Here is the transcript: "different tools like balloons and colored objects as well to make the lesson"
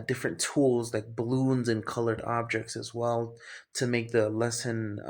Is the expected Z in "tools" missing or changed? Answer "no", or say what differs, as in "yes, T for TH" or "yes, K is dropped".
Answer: no